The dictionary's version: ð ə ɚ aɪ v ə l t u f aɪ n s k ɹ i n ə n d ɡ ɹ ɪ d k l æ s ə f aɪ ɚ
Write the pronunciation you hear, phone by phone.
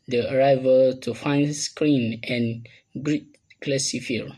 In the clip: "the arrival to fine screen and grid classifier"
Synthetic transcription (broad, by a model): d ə ɚ aɪ v ə l t u f aɪ n s k ɹ i n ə n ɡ ɹ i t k l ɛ s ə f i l